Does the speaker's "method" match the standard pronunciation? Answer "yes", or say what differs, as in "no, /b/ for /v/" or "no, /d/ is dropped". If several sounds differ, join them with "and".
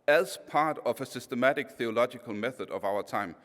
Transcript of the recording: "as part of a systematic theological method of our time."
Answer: yes